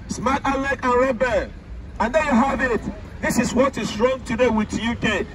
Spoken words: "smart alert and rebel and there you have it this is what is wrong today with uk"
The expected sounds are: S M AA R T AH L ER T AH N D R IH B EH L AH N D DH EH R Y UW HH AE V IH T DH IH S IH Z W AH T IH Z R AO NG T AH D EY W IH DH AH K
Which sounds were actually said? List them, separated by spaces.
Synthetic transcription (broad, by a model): S M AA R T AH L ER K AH N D R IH B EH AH N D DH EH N Y UW HH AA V IH T DH IH S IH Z W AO T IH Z R AO NG T AH D EY W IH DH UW K